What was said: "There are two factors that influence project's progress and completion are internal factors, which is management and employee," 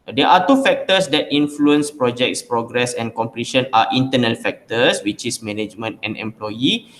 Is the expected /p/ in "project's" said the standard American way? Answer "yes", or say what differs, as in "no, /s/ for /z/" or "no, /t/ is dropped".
yes